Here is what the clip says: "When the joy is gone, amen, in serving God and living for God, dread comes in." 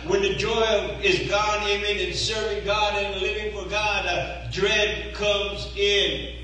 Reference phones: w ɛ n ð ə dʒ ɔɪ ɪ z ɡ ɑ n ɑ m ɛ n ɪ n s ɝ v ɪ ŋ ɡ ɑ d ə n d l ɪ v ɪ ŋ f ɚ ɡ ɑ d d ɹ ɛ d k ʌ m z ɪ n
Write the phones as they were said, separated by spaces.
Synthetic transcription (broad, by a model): w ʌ n ð ə dʒ ɔɪ ɪ z ɡ ɑ n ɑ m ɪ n ɪ n s ɝ v ɪ ŋ ɡ ɑ d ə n l ɪ v ɪ ŋ f ɚ ɡ ɑ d d ɹ ɛ d k ʌ m z ɪ n